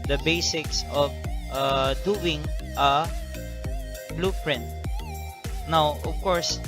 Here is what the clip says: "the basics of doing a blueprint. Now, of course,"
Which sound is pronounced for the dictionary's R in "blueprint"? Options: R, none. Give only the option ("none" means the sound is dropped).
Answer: R